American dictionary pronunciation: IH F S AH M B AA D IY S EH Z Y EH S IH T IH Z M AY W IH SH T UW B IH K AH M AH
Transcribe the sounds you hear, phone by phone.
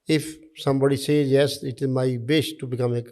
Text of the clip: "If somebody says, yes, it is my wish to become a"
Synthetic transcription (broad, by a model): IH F S AH M B AA D IY S EH Z Y EH S IH T IH Z M AY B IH S T UW B IH K AH M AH